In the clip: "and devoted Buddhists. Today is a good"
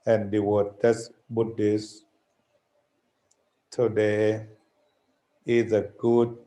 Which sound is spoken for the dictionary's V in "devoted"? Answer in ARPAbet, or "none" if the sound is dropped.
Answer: W